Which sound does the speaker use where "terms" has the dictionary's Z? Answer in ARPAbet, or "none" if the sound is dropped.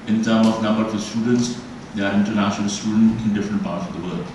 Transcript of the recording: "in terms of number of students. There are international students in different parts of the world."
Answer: none